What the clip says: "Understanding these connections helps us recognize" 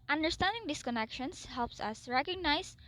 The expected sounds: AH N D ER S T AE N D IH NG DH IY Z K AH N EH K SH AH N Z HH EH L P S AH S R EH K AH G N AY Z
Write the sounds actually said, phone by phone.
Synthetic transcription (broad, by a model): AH N D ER S T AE N D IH NG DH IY S K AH N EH K SH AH N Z HH EH L P S AH S R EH K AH G N AY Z